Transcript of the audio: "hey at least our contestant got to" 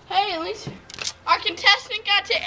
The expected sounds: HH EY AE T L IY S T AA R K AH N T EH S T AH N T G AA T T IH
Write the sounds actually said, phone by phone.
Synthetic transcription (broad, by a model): HH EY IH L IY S AA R K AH N T EH S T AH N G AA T T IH